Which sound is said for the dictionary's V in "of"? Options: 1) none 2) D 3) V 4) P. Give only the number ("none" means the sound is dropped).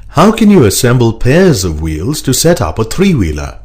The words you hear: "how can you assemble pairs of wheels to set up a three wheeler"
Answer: 3